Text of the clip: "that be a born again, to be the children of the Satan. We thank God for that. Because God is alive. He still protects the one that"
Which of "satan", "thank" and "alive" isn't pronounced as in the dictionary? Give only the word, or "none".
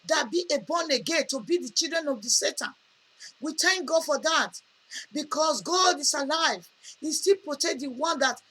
thank